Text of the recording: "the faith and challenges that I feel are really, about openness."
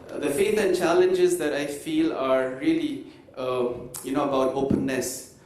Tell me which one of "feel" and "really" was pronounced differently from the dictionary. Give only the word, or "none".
really